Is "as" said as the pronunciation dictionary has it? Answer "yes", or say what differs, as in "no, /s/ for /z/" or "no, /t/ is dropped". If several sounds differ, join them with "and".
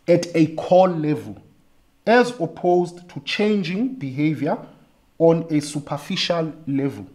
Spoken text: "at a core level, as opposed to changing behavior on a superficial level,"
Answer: yes